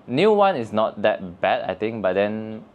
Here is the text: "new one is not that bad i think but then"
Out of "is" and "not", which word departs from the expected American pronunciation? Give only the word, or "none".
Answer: is